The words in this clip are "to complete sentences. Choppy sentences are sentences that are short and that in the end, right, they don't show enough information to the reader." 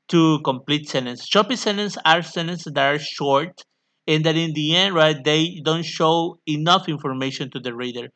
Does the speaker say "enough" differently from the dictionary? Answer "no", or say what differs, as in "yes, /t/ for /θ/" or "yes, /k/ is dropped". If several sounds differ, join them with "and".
no